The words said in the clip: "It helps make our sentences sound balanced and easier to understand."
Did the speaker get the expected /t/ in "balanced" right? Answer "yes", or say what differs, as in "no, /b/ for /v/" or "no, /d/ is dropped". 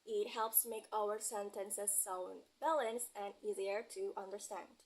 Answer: no, /t/ is dropped